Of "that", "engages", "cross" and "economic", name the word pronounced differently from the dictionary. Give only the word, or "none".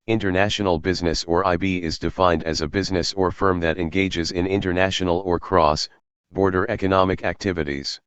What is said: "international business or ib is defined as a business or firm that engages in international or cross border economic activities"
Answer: none